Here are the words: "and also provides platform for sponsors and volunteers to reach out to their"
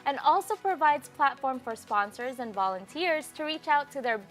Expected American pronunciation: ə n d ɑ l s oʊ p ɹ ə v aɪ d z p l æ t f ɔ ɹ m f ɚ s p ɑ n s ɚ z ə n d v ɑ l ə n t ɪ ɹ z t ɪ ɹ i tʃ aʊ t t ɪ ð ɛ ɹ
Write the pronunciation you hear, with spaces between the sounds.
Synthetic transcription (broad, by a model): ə n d ɑ l s oʊ p ɹ ə v aɪ d z p l æ t f ɔ ɹ m f ɚ s p ɑ n s ɚ z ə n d v ɑ l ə n t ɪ ɹ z t ɪ ɹ i tʃ aʊ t t ɪ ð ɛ ɹ